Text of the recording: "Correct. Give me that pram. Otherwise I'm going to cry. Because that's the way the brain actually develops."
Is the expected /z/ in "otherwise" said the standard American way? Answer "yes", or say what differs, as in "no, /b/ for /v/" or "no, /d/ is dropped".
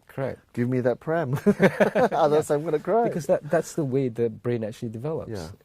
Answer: no, /z/ is dropped